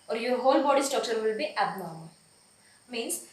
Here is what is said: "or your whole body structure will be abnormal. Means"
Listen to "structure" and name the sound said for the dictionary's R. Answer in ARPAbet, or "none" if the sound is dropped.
none